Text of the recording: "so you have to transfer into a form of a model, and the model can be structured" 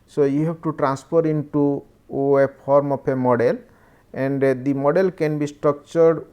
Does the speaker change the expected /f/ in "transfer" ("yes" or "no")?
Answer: yes